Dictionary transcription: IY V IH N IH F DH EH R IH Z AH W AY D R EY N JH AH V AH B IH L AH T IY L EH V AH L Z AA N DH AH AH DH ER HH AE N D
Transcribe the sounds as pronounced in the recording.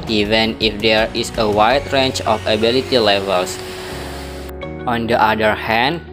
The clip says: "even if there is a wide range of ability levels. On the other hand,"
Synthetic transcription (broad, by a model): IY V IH N IH F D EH R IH S AH W AY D R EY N CH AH F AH B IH L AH T IY L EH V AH L S AA N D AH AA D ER HH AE N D